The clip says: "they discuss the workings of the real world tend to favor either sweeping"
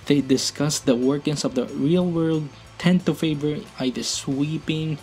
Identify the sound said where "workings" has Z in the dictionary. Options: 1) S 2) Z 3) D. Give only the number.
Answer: 1